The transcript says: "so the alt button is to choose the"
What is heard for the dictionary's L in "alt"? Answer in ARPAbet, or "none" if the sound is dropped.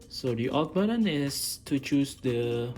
none